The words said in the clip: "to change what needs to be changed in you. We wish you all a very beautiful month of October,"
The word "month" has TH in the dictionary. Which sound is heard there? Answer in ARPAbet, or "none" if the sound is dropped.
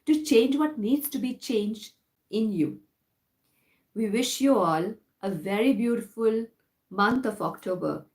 T